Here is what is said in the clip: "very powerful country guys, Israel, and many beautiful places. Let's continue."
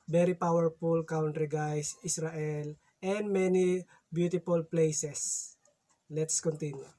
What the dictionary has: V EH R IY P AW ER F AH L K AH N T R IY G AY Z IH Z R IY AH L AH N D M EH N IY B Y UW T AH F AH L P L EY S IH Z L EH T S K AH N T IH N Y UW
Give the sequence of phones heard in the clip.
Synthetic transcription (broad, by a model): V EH R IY P AW ER F AH L K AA N T R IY G AY S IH S R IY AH L AH N D M EH N IY B Y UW T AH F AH L P L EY S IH S L EH T S K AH N T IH N Y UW